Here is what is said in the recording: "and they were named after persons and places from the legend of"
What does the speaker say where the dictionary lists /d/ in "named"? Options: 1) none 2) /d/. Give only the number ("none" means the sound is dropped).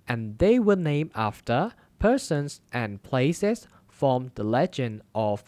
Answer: 1